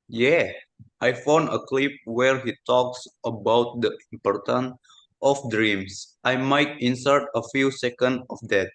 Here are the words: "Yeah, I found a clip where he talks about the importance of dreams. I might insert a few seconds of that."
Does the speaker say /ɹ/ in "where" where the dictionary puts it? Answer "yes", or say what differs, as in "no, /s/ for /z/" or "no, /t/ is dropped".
yes